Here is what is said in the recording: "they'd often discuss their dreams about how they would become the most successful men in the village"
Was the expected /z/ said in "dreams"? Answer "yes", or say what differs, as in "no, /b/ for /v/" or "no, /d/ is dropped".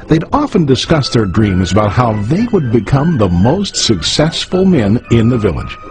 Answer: yes